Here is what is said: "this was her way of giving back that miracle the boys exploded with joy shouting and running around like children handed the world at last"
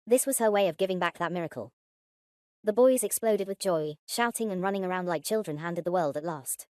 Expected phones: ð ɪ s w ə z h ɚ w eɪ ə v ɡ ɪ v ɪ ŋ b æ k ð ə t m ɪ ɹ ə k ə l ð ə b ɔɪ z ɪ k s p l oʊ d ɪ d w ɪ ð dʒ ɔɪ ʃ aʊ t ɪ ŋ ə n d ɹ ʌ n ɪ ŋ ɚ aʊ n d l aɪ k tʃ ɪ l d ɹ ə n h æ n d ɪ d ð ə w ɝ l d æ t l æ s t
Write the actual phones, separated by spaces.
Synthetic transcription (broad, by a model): ð ɪ s w ə z ɚ w eɪ ə v ɡ ɪ v ɪ ŋ b æ k ð ə t m ɪ ɹ ə k ə l ð ə b ɔɪ z ɪ k s p l oʊ d ɪ d w ɪ ð dʒ ɔɪ ʃ aʊ t ɪ ŋ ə n ɹ ʌ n ɪ ŋ ɚ aʊ n d l aɪ k tʃ ɪ l d ɹ ə n h æ n d ɪ d ð ə w ɝ l d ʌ t l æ s t